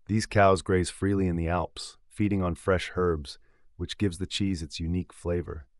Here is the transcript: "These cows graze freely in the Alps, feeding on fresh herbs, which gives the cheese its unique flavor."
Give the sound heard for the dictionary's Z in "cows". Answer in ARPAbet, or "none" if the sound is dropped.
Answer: Z